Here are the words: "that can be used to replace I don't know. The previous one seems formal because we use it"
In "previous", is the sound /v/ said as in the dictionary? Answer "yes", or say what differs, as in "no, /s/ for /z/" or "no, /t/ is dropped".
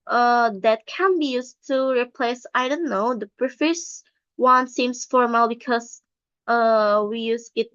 no, /f/ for /v/